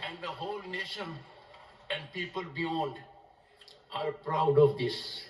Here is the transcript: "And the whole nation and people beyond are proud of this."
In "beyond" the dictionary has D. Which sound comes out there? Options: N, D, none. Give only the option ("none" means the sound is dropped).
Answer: D